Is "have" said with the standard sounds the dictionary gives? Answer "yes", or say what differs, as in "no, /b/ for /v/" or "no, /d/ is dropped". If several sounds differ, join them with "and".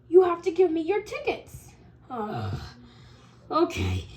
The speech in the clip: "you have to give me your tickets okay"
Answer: no, /f/ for /v/